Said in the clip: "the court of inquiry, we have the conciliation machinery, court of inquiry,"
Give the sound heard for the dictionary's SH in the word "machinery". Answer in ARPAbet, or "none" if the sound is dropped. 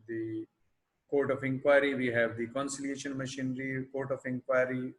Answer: SH